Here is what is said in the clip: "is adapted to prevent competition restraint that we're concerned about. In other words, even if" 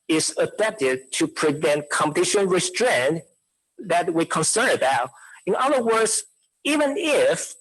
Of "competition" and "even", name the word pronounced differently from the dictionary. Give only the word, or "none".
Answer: none